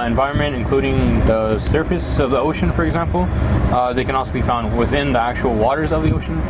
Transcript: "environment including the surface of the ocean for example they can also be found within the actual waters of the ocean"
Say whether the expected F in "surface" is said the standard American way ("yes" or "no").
yes